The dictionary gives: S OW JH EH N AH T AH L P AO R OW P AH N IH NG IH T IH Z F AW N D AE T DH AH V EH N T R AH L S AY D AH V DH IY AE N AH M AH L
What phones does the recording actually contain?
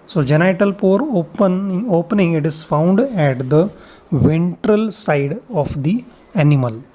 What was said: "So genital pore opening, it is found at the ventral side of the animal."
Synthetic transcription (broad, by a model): S OW JH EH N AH T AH L P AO R OW P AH N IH NG IH T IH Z F AW N D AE T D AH V EH N T R AH L S AY D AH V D IY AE N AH M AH L